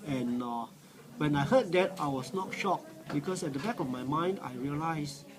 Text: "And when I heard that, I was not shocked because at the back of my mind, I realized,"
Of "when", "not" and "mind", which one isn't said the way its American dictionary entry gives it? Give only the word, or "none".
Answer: none